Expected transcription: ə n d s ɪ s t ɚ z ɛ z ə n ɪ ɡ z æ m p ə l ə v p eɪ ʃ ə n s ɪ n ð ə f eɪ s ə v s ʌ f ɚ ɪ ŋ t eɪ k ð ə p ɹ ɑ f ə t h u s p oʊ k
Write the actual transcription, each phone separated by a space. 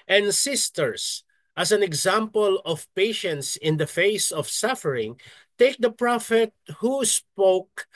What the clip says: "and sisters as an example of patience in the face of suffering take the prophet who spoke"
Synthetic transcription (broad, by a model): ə n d s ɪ s t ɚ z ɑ s ə n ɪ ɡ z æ m p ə l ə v p eɪ ʃ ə n s ɪ n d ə f eɪ s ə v s ʌ f ɚ ɪ ŋ t eɪ k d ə p ɹ ɑ f ə t h u s p oʊ k